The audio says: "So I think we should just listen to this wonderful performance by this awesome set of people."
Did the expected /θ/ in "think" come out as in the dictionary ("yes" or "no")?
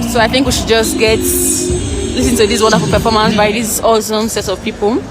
yes